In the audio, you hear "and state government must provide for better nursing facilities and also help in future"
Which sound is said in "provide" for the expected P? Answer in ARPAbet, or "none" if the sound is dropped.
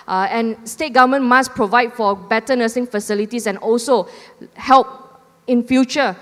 P